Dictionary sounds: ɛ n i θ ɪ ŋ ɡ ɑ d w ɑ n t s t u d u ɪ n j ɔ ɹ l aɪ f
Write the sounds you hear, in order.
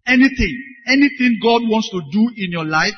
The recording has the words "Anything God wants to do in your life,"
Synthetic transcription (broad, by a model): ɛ n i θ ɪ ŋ ɡ ɑ d w ɑ n t s t u d u ɪ n j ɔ l aɪ f